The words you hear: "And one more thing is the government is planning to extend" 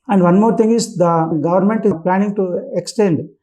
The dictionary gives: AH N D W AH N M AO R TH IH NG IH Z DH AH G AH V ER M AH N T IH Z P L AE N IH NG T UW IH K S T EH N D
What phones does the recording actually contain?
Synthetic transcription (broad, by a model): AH N D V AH N M AO R T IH NG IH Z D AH G AH V ER M AH N T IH P L AE N IH NG T UW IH K S T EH N D